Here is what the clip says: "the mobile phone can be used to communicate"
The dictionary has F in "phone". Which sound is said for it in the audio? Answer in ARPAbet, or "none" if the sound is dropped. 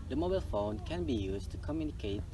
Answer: F